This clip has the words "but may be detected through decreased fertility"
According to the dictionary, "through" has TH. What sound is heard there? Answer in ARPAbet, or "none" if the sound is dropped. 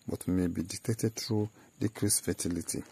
T